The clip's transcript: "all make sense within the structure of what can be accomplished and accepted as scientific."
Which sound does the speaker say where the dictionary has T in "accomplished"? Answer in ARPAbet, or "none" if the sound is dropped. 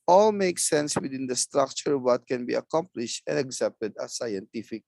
T